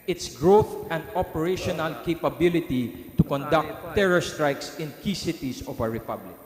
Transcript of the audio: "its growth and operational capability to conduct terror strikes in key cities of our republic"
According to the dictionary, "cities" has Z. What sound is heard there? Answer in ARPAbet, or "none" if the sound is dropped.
S